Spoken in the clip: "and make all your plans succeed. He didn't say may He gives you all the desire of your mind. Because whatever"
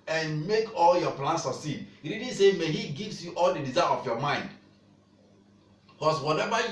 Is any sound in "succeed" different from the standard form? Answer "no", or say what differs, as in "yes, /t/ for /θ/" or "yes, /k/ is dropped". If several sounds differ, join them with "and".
yes, /k/ is dropped